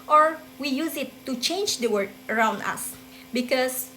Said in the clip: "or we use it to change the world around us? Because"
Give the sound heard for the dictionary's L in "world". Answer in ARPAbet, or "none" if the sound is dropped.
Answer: none